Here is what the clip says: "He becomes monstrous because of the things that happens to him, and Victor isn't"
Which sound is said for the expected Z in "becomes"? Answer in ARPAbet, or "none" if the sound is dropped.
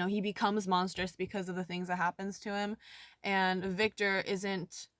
Z